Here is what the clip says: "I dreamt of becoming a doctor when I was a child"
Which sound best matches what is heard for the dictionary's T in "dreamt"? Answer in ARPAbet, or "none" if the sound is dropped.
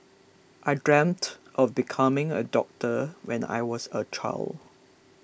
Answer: T